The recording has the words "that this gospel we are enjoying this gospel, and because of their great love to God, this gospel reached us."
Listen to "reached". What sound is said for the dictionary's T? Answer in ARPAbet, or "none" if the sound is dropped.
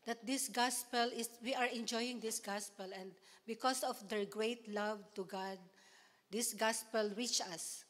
none